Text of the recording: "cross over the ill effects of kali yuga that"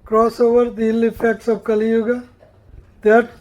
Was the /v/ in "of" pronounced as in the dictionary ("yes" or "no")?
no